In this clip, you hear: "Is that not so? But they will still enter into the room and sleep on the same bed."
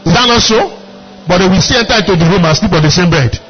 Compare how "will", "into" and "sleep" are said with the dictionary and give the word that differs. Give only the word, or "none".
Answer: into